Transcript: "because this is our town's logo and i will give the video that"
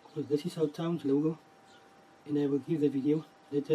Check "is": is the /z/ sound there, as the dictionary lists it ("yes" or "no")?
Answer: no